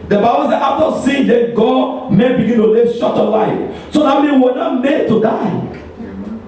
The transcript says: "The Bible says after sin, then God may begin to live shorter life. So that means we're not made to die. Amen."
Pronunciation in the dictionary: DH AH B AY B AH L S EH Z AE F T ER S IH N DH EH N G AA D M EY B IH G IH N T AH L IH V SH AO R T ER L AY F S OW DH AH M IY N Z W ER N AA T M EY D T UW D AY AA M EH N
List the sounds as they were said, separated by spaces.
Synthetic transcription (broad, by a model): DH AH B AY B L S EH AA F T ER S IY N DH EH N G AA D M EY B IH G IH N T AH L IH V SH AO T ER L AY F S OW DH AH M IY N W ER N AA T M EY D T UW D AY AA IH